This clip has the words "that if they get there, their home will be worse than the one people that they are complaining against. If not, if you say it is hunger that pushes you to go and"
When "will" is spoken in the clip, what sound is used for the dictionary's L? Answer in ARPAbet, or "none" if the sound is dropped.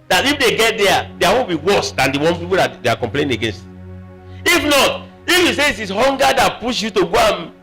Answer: N